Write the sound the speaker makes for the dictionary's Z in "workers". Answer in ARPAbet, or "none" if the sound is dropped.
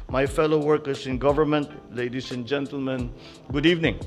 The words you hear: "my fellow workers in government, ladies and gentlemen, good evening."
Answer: S